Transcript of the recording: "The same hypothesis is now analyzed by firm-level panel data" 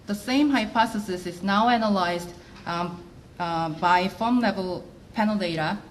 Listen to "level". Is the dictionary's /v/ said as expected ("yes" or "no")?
yes